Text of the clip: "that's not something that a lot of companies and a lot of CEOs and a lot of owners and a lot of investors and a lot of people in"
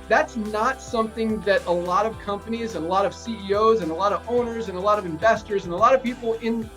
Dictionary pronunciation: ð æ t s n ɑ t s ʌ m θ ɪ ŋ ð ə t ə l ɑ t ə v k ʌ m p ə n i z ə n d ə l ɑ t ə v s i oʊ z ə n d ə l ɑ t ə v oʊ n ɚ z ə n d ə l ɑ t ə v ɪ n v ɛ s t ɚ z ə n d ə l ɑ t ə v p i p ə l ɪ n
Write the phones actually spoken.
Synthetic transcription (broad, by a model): ð æ t s n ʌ t s ʌ m θ ɪ ŋ ð ə t ə l ɑ t ə v k ʌ m p ə n i z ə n ə l ɑ t ə v s i oʊ z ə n ə l ɑ t ə v oʊ n ɚ z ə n ə l ɑ t ə v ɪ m v ɛ s t ɚ z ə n ə l ɑ t ə v p i p l ɪ n